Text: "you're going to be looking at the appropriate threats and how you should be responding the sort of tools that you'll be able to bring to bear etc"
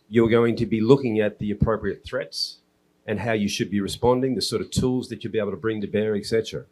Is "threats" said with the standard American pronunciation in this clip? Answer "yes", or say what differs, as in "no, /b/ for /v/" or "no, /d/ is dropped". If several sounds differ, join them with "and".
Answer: yes